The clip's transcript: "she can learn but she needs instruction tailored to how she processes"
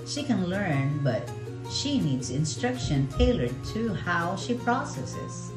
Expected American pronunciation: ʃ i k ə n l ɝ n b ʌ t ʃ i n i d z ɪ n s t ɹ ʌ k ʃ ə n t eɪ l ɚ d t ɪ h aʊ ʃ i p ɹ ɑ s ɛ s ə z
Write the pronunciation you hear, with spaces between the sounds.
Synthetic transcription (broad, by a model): ʃ i k ə n l ɝ n b ʌ t ʃ i n i d z ɪ n s t ɹ ʌ k ʃ ə n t eɪ l ɚ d t ɪ h aʊ ʃ i p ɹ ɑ s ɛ s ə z